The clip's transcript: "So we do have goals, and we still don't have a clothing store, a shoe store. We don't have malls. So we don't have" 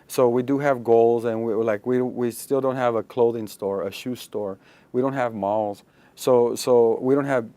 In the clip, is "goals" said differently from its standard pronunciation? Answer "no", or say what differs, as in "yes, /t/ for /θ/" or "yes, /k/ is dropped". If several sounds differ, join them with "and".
no